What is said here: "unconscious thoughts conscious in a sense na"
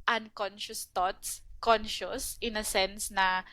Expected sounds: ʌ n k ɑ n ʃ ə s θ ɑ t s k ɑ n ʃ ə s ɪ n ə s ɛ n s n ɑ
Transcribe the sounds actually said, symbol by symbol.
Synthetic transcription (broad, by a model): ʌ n k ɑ n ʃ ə s t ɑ t s k ɑ n ʃ ə s ɪ n ə s ɛ n s n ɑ